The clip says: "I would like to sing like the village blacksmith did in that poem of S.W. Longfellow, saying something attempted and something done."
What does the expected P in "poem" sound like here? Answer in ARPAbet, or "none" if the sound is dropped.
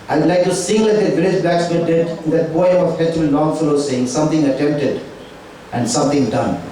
B